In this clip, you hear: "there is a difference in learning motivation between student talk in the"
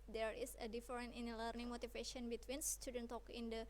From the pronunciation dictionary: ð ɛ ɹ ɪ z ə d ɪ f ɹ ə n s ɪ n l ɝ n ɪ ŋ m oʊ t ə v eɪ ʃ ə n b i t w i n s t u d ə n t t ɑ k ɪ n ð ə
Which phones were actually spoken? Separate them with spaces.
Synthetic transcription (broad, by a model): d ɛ ɹ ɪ s ə d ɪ f ɹ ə n ɪ n l ɝ n ɪ ŋ m oʊ t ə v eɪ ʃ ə n b i t w i n s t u d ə n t t ɑ k ɪ n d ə